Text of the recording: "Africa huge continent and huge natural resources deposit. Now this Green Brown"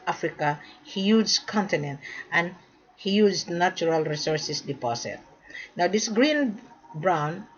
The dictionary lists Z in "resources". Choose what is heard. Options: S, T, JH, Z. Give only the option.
S